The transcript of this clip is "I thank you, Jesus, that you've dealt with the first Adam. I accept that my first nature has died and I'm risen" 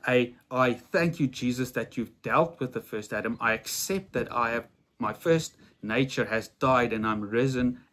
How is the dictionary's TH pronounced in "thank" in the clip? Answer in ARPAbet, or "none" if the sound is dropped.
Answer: TH